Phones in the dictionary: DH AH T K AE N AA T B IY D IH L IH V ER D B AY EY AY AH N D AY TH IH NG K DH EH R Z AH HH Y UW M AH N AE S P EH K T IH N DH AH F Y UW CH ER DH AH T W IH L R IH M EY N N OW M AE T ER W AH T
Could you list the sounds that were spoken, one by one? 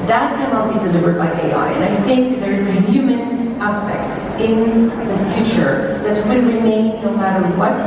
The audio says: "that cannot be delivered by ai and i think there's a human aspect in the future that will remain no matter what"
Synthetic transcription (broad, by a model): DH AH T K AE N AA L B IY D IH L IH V ER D B AY EY AY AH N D AY TH IH NG K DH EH R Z AH HH Y UW M AH N AE S P EH K T IH N DH AH F Y UW CH ER DH AH T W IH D R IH M EY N N OW M AE T ER W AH T